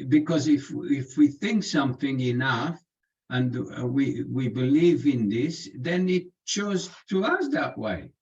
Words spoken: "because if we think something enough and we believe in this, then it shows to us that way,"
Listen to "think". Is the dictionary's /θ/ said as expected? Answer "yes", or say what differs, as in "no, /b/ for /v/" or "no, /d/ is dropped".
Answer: yes